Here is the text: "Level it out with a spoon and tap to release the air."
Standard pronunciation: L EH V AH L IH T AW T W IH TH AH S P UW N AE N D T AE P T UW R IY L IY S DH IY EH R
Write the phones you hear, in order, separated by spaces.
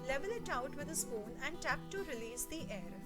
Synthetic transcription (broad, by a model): L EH V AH L IH T AW T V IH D AH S F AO N AE N D T AE P T UW R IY L IY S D IY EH R